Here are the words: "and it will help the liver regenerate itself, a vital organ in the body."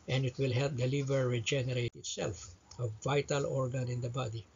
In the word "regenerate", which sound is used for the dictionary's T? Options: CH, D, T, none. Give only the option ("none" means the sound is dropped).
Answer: T